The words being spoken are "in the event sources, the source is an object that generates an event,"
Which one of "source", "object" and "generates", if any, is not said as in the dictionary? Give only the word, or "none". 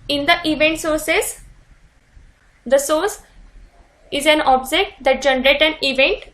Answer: generates